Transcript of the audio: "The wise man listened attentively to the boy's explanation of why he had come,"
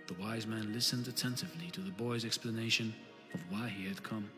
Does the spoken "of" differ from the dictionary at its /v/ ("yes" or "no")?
no